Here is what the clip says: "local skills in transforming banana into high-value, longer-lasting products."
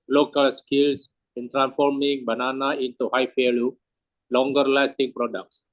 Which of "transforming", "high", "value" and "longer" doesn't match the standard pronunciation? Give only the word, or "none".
value